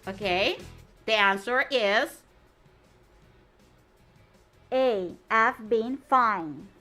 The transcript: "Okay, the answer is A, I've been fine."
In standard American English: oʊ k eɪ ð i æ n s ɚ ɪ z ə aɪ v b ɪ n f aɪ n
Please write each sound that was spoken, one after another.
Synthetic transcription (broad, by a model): oʊ k eɪ ð i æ n s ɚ ɪ z ə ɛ f b ɪ n f aɪ n